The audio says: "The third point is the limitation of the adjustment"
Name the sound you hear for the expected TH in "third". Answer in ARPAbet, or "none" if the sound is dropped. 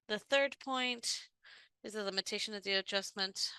TH